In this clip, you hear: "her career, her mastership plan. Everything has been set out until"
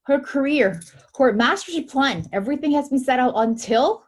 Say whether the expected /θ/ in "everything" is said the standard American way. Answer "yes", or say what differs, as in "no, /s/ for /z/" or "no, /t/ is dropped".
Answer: yes